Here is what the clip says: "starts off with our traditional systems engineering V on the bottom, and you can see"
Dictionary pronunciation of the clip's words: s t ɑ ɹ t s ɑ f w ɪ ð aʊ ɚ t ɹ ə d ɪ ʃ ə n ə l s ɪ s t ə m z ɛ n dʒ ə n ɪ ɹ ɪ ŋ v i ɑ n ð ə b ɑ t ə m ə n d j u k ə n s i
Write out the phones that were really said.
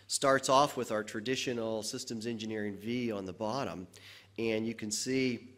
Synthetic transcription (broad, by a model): s t ɑ ɹ t s ɑ f w ɪ ð aʊ ɚ t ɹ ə d ɪ ʃ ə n l s ɪ s t ə m z ɛ n dʒ ə n ɪ ɹ ɪ ŋ v i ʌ n ð ə b ɑ t ə m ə n j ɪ k ə n s i